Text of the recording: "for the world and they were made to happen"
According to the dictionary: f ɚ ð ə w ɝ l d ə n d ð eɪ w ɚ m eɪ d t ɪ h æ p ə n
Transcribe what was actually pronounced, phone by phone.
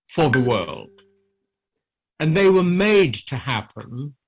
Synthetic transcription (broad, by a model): f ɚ ð ə w ɝ l d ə n ð eɪ w ɚ m eɪ d t ɪ h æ p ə n